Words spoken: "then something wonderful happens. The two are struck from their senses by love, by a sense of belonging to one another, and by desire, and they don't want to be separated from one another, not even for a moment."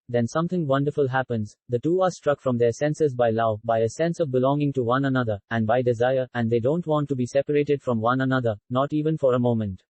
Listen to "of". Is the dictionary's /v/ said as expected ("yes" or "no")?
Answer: yes